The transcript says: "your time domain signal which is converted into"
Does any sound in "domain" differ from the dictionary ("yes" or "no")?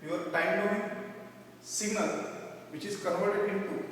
yes